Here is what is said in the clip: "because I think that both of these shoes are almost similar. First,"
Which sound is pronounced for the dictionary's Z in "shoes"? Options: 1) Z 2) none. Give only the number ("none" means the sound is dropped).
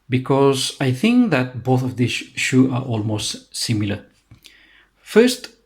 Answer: 2